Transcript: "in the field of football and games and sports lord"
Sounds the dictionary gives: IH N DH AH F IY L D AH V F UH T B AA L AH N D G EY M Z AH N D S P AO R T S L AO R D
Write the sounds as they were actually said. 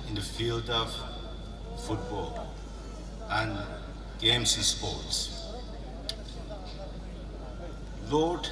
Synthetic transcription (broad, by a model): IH N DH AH F IY L D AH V F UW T B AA L AH N D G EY M S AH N S P AO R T S L AO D